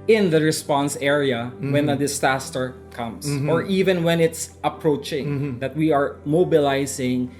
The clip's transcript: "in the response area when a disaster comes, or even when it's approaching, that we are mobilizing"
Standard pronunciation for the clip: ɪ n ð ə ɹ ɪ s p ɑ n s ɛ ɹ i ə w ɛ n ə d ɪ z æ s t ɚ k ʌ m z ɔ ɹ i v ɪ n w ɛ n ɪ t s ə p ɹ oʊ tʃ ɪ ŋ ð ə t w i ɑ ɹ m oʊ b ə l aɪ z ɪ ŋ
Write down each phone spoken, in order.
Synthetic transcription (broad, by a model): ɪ n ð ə ɹ ɪ s p ɑ n s ɛ ɹ i ə w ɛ n ə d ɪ s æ s t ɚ k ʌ m s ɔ ɹ i v ɪ n w ɛ n ɪ t s ə p ɹ oʊ tʃ ɪ ŋ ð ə t w i ɑ ɹ m oʊ b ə l aɪ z ɪ ŋ